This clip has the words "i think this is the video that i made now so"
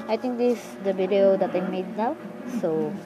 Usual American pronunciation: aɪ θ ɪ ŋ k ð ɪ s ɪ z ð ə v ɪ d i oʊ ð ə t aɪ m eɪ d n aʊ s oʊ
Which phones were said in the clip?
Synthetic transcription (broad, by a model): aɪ t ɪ ŋ k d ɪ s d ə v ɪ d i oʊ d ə t aɪ m eɪ d n aʊ s oʊ